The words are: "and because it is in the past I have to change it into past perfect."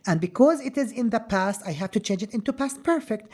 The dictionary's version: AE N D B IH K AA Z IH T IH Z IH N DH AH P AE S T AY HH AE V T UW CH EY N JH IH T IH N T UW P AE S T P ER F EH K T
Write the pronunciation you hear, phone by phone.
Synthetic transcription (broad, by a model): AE N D B IH K AA Z IH T IH Z IH N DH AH P AE S T AY HH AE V T UW CH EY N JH IH T IH N T UW P AE S T P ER F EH K T